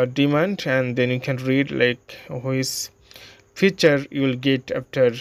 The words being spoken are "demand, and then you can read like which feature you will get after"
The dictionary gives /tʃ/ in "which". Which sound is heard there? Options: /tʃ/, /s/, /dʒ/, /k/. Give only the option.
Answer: /s/